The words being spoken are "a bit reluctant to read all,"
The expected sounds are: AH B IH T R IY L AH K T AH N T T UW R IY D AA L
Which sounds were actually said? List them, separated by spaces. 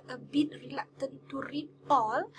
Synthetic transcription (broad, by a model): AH B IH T R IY L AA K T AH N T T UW R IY AA L